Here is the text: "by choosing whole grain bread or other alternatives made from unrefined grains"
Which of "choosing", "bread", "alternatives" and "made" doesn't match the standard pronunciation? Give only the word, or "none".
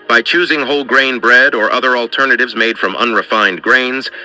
none